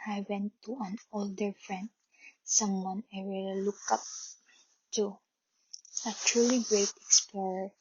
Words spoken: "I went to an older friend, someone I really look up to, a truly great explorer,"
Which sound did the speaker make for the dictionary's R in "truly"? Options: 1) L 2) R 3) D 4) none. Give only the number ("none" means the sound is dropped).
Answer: 2